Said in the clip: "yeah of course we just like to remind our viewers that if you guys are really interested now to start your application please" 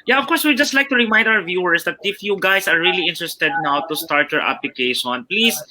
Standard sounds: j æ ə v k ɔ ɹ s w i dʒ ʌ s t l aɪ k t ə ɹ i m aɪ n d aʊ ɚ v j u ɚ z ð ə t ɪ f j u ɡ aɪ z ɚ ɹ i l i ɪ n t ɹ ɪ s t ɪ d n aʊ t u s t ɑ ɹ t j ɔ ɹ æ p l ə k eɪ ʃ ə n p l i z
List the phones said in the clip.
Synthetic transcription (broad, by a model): j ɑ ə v k ɔ ɹ s w i dʒ ʌ s t l aɪ k t ə ɹ i m aɪ n d aʊ ɚ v j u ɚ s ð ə t ɪ f j u ɡ aɪ s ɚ ɹ i l i ɪ n t ɹ ɪ s t ɪ d n aʊ t u s t ɑ ɹ t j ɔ ɹ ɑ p l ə k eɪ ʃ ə n p l i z